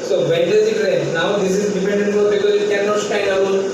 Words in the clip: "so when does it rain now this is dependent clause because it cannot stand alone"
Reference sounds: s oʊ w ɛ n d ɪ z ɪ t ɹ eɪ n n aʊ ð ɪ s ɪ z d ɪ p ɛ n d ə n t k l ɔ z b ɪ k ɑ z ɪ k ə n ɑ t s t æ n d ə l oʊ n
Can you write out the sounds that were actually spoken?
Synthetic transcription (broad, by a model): s oʊ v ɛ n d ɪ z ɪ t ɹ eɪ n n aʊ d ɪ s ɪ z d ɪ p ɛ n d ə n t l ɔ b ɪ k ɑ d ɪ k ə n ɑ t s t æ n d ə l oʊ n